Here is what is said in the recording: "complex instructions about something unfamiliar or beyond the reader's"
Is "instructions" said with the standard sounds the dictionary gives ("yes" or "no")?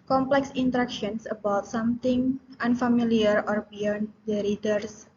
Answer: no